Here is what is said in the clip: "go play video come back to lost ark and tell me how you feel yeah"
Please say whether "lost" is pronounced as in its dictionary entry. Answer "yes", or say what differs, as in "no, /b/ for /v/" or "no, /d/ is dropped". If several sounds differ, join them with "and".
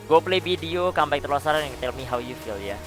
no, /t/ is dropped